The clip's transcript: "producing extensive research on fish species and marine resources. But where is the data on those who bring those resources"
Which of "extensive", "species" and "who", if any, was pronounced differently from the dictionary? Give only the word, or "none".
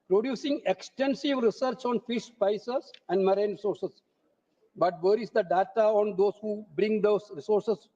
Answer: species